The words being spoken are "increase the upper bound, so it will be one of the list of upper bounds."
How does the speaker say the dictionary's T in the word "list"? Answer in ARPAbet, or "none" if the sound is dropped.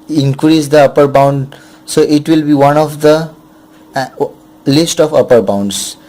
T